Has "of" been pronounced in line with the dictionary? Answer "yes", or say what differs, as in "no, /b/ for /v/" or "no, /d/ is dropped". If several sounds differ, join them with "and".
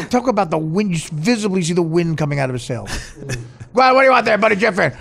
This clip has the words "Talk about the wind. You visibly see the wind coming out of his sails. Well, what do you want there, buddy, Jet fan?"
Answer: yes